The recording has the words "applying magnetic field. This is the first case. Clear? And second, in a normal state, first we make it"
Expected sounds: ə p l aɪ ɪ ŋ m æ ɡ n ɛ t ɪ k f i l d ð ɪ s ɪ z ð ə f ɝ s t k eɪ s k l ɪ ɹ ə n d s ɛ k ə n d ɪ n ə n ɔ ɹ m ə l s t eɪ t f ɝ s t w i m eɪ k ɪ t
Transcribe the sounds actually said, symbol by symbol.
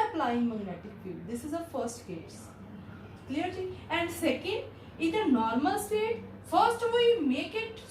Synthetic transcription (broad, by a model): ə p l aɪ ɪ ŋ m æ ɡ n ɛ t ɪ k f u d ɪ s ɪ z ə f ɝ s t k eɪ s k l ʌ ɹ ə n d s ɛ k ə n d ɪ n ə n ɔ ɹ m ə l s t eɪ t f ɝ s t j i m eɪ k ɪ t